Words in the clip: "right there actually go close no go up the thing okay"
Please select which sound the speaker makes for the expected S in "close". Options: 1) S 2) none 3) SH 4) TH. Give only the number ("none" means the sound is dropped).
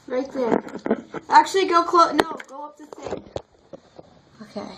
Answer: 2